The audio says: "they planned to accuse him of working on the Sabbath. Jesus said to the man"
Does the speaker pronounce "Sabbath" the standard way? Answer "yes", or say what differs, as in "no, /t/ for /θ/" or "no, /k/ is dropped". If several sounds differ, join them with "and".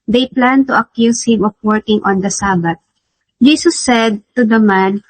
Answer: no, /t/ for /θ/